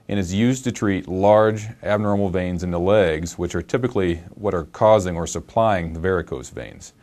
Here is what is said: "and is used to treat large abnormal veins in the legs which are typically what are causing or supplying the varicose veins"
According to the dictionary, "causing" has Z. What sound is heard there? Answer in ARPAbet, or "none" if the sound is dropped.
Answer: Z